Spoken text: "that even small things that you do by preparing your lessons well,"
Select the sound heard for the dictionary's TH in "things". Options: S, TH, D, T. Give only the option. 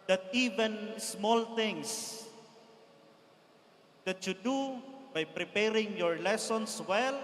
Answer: T